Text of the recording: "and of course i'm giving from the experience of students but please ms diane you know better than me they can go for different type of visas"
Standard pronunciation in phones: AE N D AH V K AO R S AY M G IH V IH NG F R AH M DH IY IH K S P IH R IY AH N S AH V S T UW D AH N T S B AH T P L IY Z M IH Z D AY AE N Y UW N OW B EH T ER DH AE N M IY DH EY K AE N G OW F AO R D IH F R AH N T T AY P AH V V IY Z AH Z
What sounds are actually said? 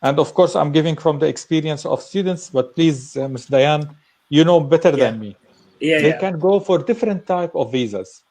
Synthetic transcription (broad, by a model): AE N D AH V K AO R S AY M G IH V IH NG F R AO M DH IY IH K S P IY R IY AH N S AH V S T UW D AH N T S B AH T P L IY Z M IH S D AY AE N Y UW N OW B EH T ER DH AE N M IY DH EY K AE N G OW F AO R D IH F R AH N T T AY P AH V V IY Z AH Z